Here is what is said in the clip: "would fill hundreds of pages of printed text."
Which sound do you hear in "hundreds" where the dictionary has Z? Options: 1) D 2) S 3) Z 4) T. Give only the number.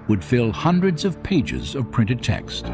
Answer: 3